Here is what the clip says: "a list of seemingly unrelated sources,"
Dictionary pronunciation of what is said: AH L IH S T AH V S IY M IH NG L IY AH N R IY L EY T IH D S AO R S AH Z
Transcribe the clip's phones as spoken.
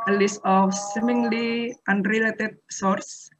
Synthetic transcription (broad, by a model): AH L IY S AH F S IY M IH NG L IY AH N R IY L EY T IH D S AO R S